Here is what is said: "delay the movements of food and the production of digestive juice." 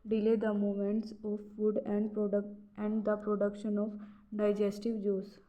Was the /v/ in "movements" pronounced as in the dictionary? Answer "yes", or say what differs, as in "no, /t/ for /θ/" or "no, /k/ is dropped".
no, /v/ is dropped